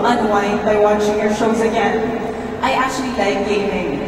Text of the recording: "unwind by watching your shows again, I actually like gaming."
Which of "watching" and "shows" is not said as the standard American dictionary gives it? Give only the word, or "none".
none